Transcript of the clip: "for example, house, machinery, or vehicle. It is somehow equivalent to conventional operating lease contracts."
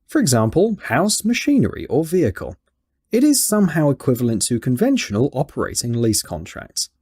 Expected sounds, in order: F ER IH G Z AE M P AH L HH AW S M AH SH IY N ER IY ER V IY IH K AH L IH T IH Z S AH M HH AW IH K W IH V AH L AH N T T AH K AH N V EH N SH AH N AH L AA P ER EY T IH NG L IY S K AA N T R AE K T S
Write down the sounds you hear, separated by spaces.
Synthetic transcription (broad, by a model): F ER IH G Z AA M P AH L HH AW S M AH SH IY N ER IY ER V IY IH K AH L IH T IH Z S AH M HH AW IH K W IH V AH L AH N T T AH K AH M V EH N SH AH N AH L AA P ER EY T IH NG L IY S K AA N T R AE K T S